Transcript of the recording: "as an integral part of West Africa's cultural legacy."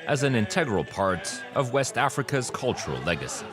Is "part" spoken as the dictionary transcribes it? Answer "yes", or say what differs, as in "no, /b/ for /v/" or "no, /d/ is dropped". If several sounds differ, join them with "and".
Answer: yes